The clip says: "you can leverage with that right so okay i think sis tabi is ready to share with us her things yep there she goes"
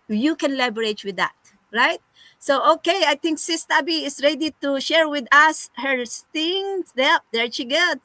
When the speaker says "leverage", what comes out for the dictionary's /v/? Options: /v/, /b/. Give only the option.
/b/